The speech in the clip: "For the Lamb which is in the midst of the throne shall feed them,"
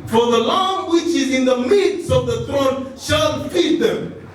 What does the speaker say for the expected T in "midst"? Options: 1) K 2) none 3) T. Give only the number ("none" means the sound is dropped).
2